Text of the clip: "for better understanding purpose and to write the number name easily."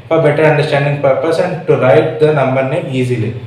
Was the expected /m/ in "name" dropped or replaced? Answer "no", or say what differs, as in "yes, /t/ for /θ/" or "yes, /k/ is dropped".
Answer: yes, /m/ is dropped